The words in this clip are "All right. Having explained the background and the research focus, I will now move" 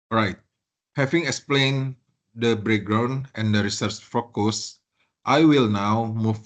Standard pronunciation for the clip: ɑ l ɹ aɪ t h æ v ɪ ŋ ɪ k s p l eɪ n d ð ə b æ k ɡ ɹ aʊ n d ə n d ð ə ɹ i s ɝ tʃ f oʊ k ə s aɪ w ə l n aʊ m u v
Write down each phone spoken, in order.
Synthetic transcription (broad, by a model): ɹ aɪ t h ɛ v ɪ ŋ ɪ k s p l eɪ n d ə b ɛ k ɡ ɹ aʊ n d ə n d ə ɹ i s ɝ tʃ f oʊ k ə s aɪ w ə l n aʊ m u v